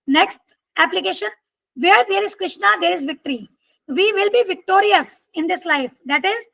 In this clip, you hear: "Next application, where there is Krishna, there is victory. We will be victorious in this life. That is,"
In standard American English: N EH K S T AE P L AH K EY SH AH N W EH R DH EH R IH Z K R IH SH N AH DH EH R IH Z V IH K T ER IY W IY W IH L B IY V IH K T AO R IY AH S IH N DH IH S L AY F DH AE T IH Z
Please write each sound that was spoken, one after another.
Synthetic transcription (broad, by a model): N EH K S T AE P L AH K EY SH AH N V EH R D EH R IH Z K R IH SH N AH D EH R IH Z V IH K T ER IY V IY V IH L B IY V IH K T AO R IY AH S IH N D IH S L AY F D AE T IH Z